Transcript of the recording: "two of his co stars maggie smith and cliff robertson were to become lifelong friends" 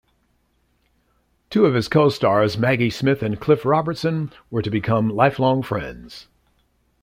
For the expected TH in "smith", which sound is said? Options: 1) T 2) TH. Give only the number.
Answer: 2